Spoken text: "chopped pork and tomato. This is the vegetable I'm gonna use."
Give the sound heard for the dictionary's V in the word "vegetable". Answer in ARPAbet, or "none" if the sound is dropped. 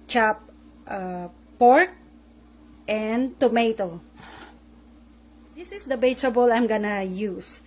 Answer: B